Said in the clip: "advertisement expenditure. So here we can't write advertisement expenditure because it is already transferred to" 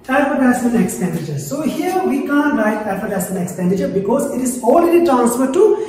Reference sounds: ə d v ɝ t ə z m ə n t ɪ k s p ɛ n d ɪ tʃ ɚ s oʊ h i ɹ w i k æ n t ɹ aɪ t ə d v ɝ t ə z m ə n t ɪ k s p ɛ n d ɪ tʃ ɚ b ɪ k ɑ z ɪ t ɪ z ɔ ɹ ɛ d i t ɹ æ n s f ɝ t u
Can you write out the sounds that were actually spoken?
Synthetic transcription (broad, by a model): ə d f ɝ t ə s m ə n ɪ k s p ɛ n d ɪ tʃ ɚ s oʊ h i ɹ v i k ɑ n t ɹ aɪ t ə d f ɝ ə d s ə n ɪ k s p ɛ n d ɪ tʃ ɚ b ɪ k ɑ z ɪ t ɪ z ɔ l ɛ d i t ɹ æ n s f ɝ t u